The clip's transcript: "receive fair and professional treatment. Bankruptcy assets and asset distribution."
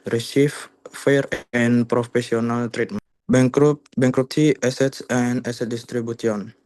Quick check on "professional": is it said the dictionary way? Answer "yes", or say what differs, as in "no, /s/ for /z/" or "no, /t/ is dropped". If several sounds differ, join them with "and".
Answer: no, /s/ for /ʃ/